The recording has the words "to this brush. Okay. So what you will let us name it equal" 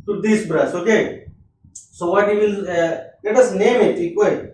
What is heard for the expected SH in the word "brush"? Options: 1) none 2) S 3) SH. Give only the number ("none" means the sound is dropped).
2